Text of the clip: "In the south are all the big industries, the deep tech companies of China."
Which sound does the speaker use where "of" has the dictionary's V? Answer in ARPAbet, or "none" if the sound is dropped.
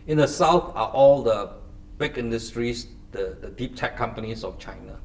F